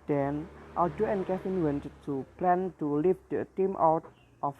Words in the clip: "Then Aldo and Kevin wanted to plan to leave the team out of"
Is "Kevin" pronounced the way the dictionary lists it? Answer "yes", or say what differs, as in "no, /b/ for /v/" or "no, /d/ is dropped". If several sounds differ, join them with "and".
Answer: no, /f/ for /v/